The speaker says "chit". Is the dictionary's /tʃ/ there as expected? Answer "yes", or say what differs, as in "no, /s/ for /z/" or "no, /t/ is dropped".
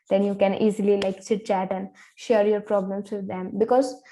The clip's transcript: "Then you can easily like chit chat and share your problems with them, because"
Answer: no, /s/ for /tʃ/